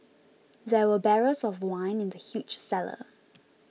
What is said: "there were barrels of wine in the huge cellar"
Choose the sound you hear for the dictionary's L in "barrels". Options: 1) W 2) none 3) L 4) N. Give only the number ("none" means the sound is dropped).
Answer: 2